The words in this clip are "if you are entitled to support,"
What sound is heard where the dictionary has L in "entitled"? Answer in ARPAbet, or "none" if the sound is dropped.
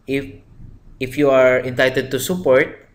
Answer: none